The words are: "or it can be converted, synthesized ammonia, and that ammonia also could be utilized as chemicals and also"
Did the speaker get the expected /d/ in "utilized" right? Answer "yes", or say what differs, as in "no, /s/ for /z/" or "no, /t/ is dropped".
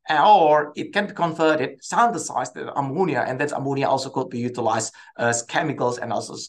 no, /d/ is dropped